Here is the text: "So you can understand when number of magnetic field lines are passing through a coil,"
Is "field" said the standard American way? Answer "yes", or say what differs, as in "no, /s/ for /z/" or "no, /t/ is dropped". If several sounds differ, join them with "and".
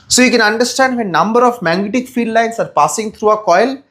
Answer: no, /l/ is dropped